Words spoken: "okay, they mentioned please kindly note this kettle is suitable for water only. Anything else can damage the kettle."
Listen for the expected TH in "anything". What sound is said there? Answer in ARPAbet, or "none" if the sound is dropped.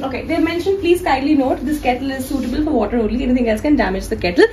T